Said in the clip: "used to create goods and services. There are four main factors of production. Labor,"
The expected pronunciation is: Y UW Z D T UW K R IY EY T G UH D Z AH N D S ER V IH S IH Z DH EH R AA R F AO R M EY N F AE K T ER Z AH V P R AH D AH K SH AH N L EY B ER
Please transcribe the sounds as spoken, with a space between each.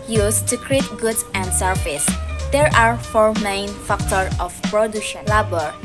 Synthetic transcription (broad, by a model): Y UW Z T UW K R IY EY T G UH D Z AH N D S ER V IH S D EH R AA R F AO R M EY N F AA K T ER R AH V P R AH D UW SH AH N L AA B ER